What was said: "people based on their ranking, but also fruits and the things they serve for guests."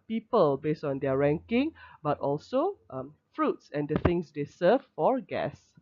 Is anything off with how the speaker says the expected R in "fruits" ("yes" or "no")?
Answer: no